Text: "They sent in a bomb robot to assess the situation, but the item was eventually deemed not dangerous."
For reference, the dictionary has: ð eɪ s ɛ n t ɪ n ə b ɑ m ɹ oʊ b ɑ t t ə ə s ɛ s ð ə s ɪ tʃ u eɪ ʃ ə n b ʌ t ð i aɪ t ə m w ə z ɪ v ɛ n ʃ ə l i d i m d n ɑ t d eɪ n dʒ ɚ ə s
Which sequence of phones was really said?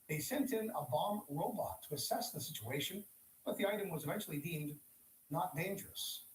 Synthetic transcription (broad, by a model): ð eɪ s ɛ n t ɪ n ə b ɑ m ɹ oʊ b ɑ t t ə ə s ɛ s ð ə s ɪ tʃ u eɪ ʃ ə n b ʌ t ð i aɪ t ə m w ə z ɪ v ɛ n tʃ l i d i m d n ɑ t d eɪ n dʒ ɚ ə s